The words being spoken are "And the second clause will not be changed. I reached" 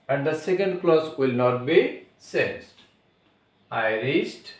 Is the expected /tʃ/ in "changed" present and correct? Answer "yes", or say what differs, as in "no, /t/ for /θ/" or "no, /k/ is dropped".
no, /s/ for /tʃ/